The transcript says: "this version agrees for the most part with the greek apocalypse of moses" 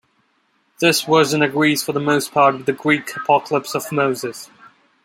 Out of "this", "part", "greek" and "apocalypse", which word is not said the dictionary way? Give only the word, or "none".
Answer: none